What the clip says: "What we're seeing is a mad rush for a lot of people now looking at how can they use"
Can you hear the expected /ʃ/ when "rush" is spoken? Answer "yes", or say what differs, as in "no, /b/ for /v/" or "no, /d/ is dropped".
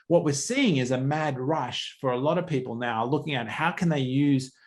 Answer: yes